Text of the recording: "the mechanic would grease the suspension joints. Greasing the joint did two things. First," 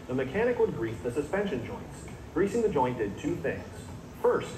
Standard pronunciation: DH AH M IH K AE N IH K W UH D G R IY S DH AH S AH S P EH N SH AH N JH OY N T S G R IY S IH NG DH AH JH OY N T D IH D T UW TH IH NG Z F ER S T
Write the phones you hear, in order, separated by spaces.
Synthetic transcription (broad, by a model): DH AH M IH K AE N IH K W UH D G R IY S DH AH S AH S P EH N SH AH N JH OY N T S G R IY S IH NG DH AH JH OY N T D IH D T UW TH IH NG Z F ER S T